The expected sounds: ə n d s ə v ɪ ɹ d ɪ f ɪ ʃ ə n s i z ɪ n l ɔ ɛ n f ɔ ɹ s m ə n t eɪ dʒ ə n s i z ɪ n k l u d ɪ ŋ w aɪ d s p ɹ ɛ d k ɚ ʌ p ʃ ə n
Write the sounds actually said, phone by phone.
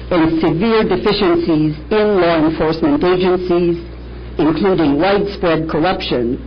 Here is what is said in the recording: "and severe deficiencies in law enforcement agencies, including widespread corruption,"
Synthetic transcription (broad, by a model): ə n s ə v ɪ ɹ d ɪ f ɪ ʃ ə n s i z ɪ n l ɔ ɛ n f ɔ ɹ s m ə n t eɪ dʒ ə n s i z ɪ n k l u d ɪ ŋ w aɪ d s p ɹ ɛ d k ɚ ʌ p ʃ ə n